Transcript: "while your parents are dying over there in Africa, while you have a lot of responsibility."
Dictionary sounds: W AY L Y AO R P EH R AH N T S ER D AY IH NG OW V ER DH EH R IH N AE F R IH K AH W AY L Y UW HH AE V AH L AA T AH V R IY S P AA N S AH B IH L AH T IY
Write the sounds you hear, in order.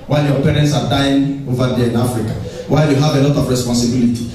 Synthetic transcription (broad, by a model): W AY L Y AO P EH R AH N T S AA D AY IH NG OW V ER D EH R IH N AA F R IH K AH W AY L Y UW HH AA V AH L AA T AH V R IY S P AA N S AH B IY L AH T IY